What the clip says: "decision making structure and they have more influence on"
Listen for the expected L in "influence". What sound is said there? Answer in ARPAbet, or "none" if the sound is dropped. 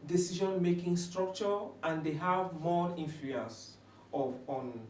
none